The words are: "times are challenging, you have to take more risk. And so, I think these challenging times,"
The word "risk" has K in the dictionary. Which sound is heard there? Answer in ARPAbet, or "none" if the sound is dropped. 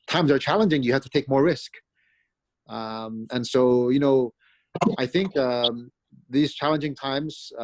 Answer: K